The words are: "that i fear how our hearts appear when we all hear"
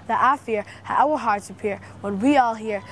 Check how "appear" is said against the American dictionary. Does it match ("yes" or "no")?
yes